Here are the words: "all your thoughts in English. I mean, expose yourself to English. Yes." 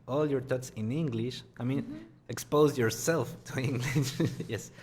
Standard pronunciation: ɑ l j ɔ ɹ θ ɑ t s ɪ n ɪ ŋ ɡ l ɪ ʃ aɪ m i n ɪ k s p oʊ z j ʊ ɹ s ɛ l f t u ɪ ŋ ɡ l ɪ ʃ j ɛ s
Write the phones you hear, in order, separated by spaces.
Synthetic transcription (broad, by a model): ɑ l j ɔ ɹ t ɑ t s ɪ n ɪ ŋ ɡ l ɪ ʃ aɪ m i n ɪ k s p oʊ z j ʊ ɹ s ɛ l f t u ɪ ŋ ɡ l ɪ ʃ j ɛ s